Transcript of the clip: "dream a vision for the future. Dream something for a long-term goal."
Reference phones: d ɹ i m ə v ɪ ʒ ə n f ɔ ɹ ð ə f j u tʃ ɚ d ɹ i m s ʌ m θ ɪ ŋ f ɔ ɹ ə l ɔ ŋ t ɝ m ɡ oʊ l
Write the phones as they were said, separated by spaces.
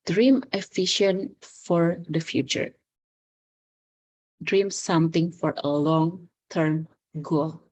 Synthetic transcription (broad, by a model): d ɹ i m ə f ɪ ʃ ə n f ɔ ɹ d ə f j u tʃ ɚ d ɹ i m s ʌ m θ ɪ ŋ f ɔ ɹ ə l ɔ ŋ t ɝ m ɡ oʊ l